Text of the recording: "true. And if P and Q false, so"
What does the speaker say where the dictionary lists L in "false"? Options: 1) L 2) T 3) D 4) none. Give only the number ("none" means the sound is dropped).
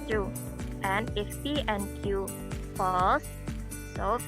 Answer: 4